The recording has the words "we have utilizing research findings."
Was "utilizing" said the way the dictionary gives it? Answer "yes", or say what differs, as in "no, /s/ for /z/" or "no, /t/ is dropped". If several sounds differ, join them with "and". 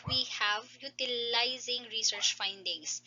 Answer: yes